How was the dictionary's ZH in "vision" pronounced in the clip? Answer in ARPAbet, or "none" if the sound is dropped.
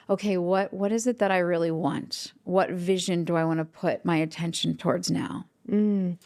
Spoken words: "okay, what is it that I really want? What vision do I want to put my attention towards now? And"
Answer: ZH